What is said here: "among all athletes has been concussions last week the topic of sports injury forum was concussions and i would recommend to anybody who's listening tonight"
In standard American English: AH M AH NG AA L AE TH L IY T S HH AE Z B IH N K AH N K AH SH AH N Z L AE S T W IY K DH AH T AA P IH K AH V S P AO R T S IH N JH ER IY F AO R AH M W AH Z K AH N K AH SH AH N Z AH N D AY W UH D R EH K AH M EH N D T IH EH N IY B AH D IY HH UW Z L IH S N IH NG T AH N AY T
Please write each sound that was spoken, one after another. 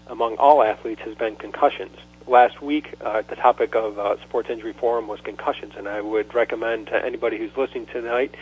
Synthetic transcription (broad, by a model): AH M AH NG AA L AE TH L IY T S HH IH Z B IH N K AH N K AH SH AH N Z L AE S T W IY K DH AH T AA P IH K AH V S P AO R T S IH N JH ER IY F AO R AH M W AH Z K AH N K AH SH AH N Z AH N AY W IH D R EH K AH M EH N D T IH EH N IY B AH D IY HH UW Z L IH S N IH NG T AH N AY T